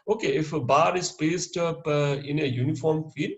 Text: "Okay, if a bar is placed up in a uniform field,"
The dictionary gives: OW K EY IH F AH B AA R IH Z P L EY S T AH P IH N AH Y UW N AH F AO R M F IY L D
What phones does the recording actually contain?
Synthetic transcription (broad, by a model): OW K EY IH F AH B AA R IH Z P EY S T AH P IH N AH Y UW N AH F AO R M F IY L